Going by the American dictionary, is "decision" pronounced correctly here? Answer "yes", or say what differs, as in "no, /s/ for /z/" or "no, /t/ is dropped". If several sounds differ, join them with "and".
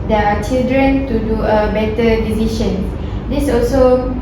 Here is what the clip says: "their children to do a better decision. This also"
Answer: no, /ʃ/ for /ʒ/